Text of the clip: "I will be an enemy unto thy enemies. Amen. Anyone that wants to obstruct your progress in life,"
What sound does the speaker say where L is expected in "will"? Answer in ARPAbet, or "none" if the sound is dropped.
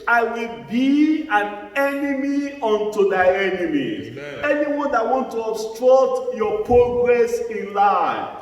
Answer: L